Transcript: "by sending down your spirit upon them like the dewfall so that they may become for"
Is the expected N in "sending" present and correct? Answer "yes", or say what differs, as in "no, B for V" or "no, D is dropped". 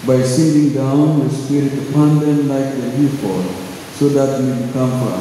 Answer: no, N is dropped